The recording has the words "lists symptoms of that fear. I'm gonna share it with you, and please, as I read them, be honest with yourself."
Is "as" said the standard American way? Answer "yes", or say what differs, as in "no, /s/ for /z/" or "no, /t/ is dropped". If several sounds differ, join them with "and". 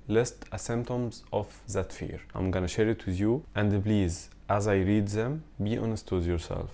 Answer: yes